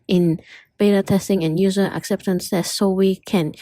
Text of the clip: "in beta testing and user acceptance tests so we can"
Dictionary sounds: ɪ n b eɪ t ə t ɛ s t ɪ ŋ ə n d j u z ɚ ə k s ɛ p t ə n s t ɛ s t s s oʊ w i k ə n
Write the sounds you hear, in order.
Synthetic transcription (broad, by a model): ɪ n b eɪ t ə t ɛ s t ɪ ŋ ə n j u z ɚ ə k s ɛ p t ə n s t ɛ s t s s oʊ w i k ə n